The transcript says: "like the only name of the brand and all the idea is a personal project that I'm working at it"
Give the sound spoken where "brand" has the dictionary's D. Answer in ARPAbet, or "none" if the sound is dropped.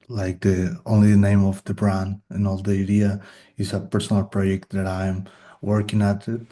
none